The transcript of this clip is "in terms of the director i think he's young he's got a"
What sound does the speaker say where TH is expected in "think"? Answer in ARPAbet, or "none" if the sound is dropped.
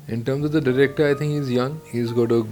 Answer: T